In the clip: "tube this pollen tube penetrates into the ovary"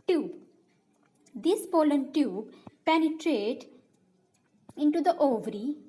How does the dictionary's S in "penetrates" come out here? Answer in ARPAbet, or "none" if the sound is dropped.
none